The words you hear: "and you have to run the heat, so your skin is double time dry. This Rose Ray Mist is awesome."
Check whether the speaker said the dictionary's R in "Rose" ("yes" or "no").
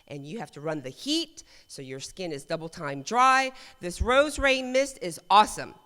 yes